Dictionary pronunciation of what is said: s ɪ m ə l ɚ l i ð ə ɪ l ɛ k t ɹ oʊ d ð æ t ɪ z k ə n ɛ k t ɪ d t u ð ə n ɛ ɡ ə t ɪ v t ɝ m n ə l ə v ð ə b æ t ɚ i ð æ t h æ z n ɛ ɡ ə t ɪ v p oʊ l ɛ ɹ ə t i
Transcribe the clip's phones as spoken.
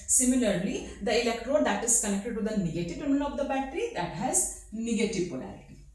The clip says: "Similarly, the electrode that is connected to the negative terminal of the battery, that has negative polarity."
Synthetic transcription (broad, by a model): s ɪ m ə l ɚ l i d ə ɪ l ɛ k t ɹ oʊ d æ t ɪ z k ə n ɛ k t ɪ d t u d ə n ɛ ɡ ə t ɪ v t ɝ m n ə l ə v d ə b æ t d i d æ t h æ z n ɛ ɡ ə t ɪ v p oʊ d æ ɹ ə t i